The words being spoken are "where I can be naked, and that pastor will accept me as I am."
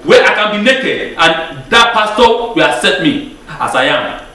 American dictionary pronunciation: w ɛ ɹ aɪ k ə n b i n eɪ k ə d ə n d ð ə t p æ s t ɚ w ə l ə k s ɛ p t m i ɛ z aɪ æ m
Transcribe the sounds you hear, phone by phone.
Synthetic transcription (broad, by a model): w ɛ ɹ aɪ k ə n b i n eɪ k ə d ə n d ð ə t p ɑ s t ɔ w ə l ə s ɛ t m i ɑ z aɪ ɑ m